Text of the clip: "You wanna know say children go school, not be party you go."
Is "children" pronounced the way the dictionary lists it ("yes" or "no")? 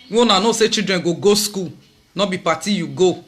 no